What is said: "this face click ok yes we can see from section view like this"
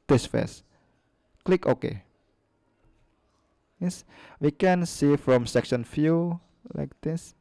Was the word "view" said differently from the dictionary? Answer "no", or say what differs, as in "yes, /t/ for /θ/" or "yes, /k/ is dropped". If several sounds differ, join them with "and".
yes, /f/ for /v/